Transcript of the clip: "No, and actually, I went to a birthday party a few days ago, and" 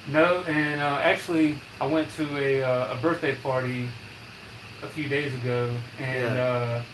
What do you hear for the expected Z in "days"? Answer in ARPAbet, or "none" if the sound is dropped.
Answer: Z